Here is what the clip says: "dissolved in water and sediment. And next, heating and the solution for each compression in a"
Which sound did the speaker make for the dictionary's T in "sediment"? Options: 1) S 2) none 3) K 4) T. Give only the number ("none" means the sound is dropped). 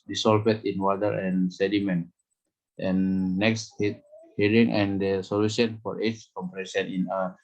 4